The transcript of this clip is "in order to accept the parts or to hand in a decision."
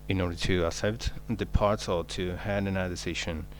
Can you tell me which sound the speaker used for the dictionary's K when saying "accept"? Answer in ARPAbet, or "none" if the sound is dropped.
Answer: none